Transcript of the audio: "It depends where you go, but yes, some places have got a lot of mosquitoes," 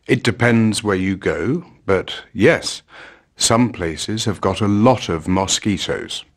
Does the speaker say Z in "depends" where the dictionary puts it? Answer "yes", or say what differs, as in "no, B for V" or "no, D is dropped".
yes